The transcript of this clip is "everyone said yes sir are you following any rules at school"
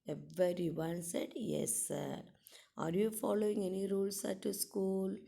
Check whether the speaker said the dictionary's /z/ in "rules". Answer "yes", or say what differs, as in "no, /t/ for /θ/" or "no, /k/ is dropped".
no, /s/ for /z/